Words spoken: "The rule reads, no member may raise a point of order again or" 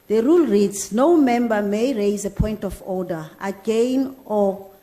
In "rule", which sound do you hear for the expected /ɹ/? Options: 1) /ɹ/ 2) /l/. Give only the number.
1